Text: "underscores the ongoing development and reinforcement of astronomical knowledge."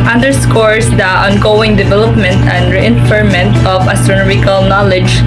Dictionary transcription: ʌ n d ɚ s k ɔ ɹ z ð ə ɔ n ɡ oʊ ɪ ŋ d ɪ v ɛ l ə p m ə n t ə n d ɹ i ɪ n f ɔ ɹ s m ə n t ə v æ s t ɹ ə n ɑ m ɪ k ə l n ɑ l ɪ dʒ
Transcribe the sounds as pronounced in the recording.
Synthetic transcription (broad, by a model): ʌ n d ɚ s k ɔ ɹ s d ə ɔ n ɡ oʊ ɪ ŋ d ɪ v ɛ l ə p m ə n t ə n d ɹ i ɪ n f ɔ ɹ m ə n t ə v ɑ s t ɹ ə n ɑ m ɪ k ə l n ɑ l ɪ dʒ